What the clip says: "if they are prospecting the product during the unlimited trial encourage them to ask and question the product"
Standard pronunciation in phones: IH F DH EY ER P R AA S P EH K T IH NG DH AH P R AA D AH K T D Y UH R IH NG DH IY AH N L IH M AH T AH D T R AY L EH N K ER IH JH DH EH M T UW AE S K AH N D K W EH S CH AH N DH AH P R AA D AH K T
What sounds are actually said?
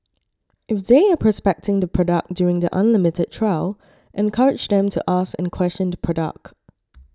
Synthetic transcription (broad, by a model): IH F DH EY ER P R AA S P EH K T IH NG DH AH P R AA D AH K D Y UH R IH NG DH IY AH N L IH M AH T AH D T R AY L EH N K ER IH JH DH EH M T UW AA S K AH N K W EH S CH AH N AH P R AA D AH K T